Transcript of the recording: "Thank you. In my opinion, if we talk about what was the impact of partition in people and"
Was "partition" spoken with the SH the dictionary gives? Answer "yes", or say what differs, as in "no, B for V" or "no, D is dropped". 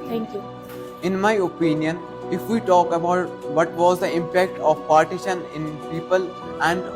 yes